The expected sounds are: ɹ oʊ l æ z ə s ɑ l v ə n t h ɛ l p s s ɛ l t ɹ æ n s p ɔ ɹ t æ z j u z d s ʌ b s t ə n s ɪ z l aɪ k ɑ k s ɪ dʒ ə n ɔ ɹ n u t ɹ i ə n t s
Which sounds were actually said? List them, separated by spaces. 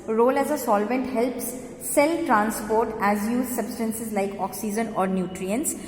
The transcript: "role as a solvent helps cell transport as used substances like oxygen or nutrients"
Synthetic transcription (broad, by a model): ɹ oʊ l æ z ə s ɑ l v ə n t h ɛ l p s s ɛ l t ɹ æ n s p ɔ ɹ t æ z j u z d s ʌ b s t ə n s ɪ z l aɪ k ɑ k s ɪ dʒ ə n ɔ ɹ n u t ɹ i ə n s